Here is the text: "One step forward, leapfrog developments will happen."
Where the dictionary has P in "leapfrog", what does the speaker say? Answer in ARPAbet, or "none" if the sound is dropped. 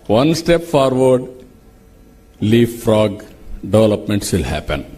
none